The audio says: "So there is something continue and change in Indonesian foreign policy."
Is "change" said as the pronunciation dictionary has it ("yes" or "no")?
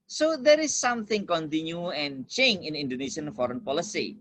no